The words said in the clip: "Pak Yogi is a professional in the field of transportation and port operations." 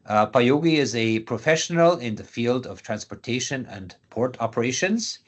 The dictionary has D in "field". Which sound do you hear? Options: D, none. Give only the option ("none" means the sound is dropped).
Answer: D